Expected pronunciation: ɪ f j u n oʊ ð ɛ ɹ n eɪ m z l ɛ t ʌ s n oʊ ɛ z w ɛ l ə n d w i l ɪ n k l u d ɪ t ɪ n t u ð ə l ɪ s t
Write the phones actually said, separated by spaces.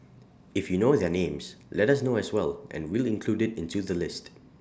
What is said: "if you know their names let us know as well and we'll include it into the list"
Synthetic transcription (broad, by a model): ɪ f j u n oʊ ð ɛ n eɪ m s l ɛ t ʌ s n oʊ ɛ s w ɛ l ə n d w i l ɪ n k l u d ɪ t ɪ n t u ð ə l ɪ s t